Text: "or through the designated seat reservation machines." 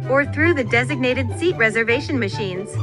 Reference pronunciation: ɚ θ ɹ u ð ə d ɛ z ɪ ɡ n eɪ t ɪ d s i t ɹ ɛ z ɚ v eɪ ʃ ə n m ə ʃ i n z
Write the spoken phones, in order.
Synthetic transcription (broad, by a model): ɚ θ ɹ u ð ə d ɛ z ɪ ɡ n eɪ t ɪ d s i t ɹ ɛ z ɚ v eɪ ʃ ə n m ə ʃ i n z